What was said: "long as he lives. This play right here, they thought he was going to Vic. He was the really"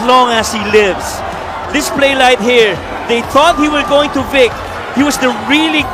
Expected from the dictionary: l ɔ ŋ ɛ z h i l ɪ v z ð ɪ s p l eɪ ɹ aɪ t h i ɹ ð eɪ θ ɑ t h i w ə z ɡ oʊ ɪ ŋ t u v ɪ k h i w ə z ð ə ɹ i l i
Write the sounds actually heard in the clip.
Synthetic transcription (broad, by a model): l ɔ ŋ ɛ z h i l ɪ v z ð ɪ s p l eɪ l aɪ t h i ɹ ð eɪ θ ɑ t h i w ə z ɡ oʊ ɪ ŋ t u v ɪ k h i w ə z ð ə ɹ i l i